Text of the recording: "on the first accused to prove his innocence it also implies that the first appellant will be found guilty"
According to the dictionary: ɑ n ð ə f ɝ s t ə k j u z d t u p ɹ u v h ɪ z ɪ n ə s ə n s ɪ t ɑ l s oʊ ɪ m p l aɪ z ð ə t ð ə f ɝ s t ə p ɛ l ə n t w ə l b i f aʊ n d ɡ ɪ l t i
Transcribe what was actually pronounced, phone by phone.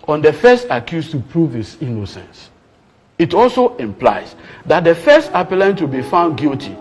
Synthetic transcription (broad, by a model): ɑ n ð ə f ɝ s t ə k j u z t u p ɹ u v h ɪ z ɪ n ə s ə n s ɪ t ɑ l s oʊ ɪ m p l aɪ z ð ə t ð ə f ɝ s t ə p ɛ l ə n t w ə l b i f aʊ n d ɡ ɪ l t i